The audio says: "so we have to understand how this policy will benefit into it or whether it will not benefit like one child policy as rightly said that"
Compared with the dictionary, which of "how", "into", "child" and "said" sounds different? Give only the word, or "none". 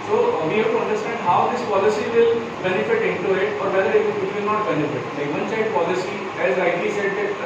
child